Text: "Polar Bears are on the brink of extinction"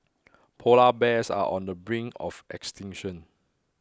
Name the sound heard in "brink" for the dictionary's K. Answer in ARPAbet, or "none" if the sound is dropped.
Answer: none